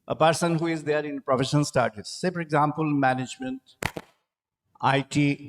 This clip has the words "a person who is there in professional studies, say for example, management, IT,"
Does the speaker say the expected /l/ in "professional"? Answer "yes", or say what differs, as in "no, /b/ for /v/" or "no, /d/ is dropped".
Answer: no, /n/ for /l/